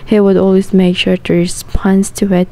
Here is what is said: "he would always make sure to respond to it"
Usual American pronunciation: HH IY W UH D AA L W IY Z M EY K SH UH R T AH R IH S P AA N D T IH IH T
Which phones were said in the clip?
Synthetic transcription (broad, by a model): HH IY W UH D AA L W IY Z M EY K SH UH R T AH R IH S P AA N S T IH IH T